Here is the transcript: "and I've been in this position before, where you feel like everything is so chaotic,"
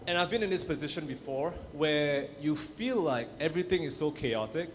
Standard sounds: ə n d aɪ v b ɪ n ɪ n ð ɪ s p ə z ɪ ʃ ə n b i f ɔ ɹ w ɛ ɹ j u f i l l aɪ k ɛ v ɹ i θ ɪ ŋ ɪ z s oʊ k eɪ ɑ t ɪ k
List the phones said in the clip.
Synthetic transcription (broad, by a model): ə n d aɪ v b ɪ n ɪ n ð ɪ s p ə z ɪ ʃ ə n b i f ɔ ɹ w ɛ j u f i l l aɪ k ɛ v ɹ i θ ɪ ŋ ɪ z s oʊ k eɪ ɑ t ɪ k